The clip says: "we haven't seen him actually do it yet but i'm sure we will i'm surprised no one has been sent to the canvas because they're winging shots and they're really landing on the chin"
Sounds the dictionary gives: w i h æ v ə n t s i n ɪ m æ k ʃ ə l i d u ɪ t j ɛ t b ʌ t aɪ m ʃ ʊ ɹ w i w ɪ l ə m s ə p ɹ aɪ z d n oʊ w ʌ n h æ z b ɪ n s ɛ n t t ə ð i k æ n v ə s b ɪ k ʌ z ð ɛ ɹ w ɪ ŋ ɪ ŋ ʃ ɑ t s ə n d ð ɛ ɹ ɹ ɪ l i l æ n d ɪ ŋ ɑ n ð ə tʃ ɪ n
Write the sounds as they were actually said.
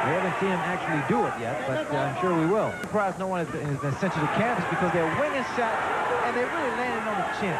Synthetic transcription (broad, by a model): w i h æ v ə n t s i n ɪ m æ k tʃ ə l i d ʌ ɪ t j ɛ t b ʌ t aɪ m ʃ ʊ ɹ w i w ɪ l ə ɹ p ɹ aɪ z n oʊ w ʌ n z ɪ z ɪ s ɛ n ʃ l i k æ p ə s b ɪ k ʌ z ð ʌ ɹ w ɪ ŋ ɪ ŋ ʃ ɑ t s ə n ð ɛ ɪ ɹ ɪ l i l æ n d ɪ ŋ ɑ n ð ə tʃ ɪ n